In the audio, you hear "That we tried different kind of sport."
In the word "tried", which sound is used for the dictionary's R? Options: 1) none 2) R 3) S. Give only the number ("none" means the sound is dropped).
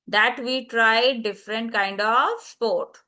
2